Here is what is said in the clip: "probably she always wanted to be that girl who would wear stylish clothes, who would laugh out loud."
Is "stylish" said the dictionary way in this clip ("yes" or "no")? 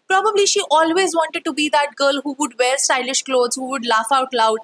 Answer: yes